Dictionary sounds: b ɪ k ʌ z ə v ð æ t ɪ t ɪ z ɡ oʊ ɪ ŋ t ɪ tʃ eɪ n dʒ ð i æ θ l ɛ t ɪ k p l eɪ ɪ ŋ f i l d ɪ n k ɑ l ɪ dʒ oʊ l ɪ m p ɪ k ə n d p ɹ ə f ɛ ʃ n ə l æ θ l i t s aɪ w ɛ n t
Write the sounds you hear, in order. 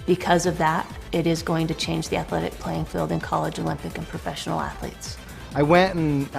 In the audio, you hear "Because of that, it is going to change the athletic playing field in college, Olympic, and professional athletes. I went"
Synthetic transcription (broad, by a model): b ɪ k ʌ z ə v ð æ t ɪ t ɪ z ɡ oʊ ɪ ŋ t ɪ tʃ eɪ n dʒ ð i æ θ l ɛ t ɪ k p l eɪ ɪ ŋ f i l d ɪ n k ɑ l ɪ dʒ oʊ l ɪ m p ɪ k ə n p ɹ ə f ɛ ʃ n l æ θ l i t s aɪ w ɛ n t